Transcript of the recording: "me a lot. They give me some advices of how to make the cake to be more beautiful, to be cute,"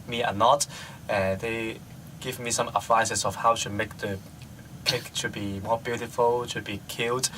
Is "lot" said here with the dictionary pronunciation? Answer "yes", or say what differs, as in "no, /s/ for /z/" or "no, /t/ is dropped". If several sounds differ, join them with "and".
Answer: no, /n/ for /l/